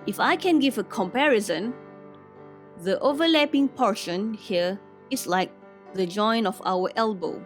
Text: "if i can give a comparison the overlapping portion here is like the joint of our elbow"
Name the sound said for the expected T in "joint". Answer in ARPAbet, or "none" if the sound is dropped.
none